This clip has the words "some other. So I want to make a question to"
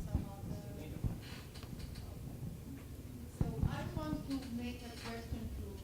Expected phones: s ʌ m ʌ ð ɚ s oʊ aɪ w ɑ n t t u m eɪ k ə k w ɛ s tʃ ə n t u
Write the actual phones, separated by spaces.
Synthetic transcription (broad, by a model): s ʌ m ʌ ɚ s oʊ aɪ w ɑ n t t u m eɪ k ə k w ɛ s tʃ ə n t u